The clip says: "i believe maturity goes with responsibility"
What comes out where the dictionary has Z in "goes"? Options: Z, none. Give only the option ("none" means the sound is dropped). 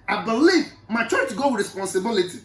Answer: none